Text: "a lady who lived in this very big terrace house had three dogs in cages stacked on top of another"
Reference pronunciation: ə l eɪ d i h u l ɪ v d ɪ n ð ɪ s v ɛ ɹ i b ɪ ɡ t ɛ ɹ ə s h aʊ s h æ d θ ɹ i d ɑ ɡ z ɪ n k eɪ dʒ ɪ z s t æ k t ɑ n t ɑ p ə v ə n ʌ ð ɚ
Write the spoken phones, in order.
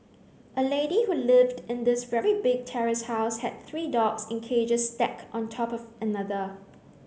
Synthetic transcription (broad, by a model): ə l eɪ d i h u l ɪ v d ɪ n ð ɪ s v ɛ ɹ i b ɪ ɡ t ɛ ɹ ə s h aʊ s h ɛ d θ ɹ i d ɑ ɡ s ɪ n k eɪ dʒ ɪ s t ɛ k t ɑ n t ɑ p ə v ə n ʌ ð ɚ